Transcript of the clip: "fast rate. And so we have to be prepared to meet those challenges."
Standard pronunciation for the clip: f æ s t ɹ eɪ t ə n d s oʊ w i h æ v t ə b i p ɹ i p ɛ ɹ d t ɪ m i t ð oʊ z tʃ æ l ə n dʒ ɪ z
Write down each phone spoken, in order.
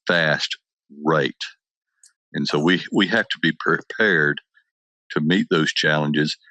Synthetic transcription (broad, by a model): f æ s t ɹ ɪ t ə n s oʊ w i h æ f t ə b i p ɹ i p ɛ ɹ d t ɪ m i t ð oʊ z tʃ æ l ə n dʒ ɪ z